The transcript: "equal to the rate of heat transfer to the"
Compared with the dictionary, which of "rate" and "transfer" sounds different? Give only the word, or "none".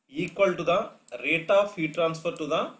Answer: transfer